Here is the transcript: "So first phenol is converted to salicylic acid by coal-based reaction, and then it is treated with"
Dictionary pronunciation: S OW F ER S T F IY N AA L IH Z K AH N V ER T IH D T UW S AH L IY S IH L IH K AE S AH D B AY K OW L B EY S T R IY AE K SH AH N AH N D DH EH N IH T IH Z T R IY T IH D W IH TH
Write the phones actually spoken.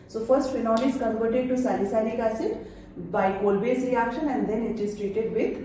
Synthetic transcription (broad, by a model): S OW F ER S T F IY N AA N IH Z K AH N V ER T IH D T UW S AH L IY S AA N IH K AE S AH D B AY K OW L B EY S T R IY AE K SH AH N AH N D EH N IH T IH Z T R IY T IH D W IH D